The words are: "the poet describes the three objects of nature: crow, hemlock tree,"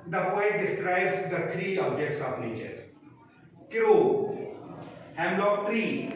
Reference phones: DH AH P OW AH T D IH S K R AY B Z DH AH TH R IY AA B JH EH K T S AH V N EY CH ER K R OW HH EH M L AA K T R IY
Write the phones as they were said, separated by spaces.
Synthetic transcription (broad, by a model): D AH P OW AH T D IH S K R AY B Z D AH T R IY AA B JH EH K T S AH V N EY CH ER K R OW HH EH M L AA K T R IY